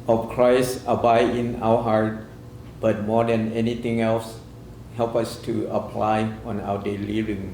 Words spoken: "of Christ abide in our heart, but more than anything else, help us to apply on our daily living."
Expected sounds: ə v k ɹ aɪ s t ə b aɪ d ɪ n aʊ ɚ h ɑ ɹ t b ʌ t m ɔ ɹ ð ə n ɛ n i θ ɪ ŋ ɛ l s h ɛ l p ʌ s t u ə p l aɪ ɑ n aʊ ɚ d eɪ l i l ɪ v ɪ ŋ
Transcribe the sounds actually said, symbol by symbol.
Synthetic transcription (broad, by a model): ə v k ɹ aɪ s t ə b aɪ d ɪ n aʊ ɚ h ɑ ɹ t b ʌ t m ɔ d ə n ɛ n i t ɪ ŋ ɛ l s h ɛ l p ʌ s t u ə p l aɪ ɑ n aʊ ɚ d eɪ l i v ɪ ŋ